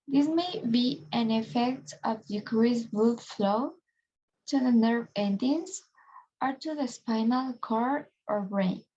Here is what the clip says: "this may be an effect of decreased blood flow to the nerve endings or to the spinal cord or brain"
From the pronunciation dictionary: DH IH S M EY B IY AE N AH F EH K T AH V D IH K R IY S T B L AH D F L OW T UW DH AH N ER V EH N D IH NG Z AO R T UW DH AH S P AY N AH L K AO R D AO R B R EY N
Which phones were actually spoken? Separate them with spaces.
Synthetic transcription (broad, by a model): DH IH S M EY B IY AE N AH F EH K T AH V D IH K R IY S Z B UW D F L OW T UW DH AH N ER V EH N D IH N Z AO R T UW DH AH S P AY N AH L K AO R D AO R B R EY N